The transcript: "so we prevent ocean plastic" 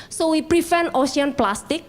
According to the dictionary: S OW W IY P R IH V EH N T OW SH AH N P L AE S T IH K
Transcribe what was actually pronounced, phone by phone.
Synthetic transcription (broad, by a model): S OW W IY P R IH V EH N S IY AH N P L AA S T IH K